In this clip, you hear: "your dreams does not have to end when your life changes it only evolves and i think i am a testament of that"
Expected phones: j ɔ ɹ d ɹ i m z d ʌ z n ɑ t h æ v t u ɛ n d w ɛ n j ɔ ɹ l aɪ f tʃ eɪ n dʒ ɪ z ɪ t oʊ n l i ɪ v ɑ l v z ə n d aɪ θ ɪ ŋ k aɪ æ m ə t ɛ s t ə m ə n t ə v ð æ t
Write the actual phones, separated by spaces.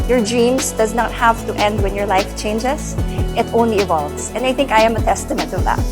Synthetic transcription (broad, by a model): j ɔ ɹ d ɹ i m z d ʌ z n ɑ t h æ v t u ɛ n d w ɛ n j ɔ ɹ l aɪ f tʃ eɪ n dʒ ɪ s ɪ t oʊ n l i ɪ v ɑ l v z ə n d aɪ θ ɪ ŋ k aɪ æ m ə t ɛ s t ə m ə n t ə v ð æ t